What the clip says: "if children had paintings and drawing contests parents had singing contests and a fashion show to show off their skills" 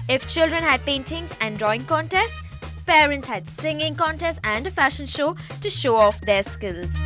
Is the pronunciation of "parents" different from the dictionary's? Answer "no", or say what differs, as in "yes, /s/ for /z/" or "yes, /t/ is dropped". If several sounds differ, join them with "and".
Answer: no